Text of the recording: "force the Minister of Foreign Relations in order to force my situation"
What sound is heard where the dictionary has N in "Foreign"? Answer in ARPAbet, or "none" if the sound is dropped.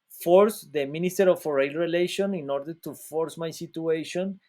L